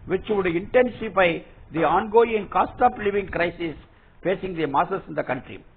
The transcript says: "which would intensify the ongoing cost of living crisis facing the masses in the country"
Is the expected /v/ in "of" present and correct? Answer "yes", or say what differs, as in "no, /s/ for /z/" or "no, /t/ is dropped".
no, /p/ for /v/